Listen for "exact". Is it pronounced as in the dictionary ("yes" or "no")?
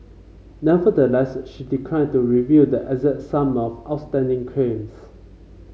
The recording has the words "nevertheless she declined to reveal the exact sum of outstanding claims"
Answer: no